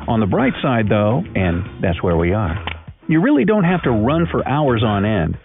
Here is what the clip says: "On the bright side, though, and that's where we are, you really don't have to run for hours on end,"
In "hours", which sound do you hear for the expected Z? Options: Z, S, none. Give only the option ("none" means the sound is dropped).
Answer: Z